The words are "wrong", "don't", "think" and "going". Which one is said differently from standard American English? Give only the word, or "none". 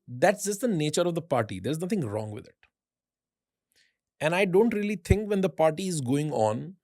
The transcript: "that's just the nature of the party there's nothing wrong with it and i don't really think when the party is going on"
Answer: think